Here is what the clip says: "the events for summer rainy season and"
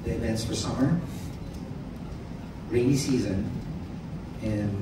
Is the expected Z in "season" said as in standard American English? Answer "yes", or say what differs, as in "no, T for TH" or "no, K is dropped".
yes